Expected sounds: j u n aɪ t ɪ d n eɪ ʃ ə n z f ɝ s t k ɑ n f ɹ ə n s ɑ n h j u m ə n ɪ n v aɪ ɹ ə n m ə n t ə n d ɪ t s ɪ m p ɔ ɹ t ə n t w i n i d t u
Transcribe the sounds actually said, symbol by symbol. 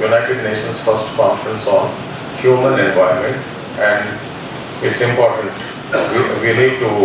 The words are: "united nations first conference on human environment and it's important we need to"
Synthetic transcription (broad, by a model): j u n aɪ t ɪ d n eɪ ʃ ə n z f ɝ s t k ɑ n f ɹ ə n s ɑ n h j u m ə n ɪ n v aɪ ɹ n m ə n t ə n d ɪ t s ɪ m p ɔ ɹ t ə n t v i l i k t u